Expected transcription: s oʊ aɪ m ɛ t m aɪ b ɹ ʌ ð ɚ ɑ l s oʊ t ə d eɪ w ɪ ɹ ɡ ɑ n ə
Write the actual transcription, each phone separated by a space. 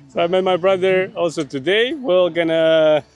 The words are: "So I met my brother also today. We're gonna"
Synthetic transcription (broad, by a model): s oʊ aɪ m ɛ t m aɪ b ɹ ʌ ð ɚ ɑ l s oʊ t ə d eɪ w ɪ l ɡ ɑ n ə